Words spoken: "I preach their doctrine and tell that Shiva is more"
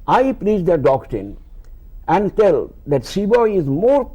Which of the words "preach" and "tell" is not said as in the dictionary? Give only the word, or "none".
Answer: preach